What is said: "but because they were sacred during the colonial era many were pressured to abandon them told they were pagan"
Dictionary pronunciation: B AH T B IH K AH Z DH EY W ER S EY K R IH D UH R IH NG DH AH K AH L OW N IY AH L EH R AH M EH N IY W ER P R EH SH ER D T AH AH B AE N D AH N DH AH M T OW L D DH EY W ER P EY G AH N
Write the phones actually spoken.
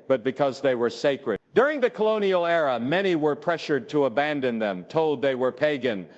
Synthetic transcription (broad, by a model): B AH T B IH K AH Z DH EY W ER S EY K R IH D UH R IH NG DH AH K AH L OW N IY L EH R AH M EH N IY W ER P R EH SH ER D T AH AH B AE N D AH N DH AH M T OW L D DH EY W ER P EY G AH N